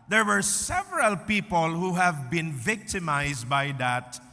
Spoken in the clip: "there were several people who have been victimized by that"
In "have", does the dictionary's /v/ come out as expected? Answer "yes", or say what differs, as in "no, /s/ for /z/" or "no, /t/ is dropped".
yes